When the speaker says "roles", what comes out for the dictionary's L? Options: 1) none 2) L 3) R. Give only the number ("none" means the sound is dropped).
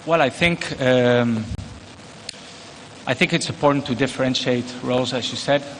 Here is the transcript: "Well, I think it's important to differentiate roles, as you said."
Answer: 2